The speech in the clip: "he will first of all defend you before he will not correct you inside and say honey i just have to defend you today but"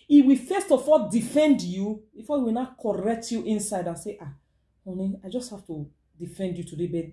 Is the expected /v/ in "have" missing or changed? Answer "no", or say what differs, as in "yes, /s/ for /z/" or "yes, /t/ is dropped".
yes, /f/ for /v/